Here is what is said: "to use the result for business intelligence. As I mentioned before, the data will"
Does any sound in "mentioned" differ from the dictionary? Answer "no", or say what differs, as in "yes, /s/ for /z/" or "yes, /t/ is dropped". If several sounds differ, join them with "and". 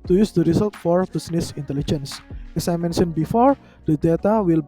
yes, /s/ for /ʃ/